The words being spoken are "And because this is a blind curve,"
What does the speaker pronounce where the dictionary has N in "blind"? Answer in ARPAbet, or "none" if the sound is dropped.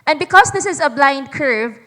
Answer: N